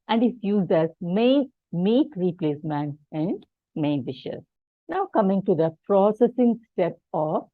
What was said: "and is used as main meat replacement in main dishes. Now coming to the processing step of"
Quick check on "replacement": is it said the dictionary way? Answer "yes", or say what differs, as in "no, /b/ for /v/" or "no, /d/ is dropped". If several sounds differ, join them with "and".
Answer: no, /t/ is dropped